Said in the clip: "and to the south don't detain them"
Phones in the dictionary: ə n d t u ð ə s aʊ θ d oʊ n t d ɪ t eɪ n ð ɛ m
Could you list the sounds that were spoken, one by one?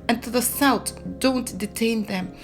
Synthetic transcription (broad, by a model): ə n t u ð ə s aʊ t d oʊ n t d ɪ t eɪ n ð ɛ m